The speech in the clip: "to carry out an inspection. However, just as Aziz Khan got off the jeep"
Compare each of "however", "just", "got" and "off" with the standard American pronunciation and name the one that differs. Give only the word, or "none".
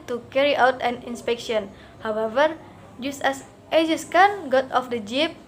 none